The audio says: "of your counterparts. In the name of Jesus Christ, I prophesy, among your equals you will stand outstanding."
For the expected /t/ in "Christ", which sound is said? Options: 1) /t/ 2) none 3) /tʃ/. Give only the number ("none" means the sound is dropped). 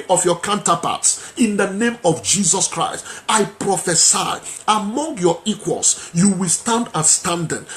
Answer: 1